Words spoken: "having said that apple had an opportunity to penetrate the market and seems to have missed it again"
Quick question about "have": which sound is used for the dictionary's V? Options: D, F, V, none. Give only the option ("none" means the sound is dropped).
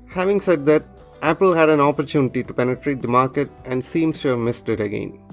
V